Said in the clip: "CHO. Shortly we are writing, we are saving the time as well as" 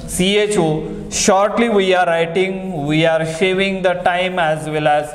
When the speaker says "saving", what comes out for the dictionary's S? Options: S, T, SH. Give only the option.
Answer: SH